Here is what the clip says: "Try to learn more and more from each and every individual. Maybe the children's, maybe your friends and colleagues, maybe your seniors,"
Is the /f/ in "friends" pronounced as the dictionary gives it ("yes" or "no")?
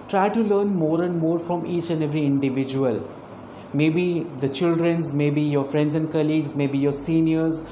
yes